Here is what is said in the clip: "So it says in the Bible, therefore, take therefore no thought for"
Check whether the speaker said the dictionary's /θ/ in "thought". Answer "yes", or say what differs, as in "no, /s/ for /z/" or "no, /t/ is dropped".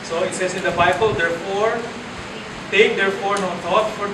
no, /t/ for /θ/